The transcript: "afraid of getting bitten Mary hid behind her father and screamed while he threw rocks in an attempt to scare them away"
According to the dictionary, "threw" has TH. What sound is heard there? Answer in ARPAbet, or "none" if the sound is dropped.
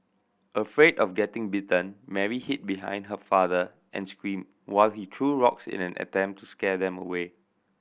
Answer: T